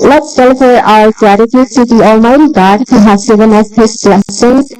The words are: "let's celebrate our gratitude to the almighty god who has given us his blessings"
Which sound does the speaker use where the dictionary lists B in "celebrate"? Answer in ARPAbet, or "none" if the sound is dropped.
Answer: none